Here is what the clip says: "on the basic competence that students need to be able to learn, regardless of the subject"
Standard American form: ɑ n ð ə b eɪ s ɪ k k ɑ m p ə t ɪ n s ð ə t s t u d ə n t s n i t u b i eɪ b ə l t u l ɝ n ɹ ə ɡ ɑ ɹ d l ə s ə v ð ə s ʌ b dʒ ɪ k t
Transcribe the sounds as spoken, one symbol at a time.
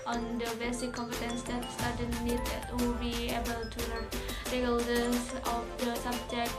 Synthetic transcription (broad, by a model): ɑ n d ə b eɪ s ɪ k k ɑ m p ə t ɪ n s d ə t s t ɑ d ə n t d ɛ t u b i eɪ b ə l t u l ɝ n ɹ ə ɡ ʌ l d ə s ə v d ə s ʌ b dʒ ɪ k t